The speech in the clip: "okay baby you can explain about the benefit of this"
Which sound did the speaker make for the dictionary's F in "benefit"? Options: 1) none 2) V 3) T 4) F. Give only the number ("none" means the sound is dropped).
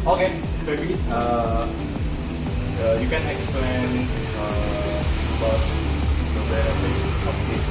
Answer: 1